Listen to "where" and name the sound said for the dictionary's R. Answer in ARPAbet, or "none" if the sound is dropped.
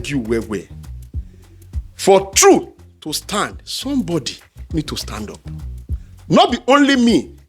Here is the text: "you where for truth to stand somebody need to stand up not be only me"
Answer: W